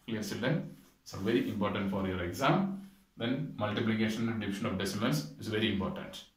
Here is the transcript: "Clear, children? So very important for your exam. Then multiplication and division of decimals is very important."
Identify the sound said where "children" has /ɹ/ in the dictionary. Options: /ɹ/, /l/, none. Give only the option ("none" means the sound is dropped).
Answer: none